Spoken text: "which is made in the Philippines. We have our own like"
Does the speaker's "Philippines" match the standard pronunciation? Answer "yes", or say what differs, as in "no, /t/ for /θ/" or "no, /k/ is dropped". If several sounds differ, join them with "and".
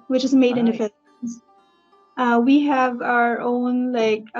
no, /n/ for /l/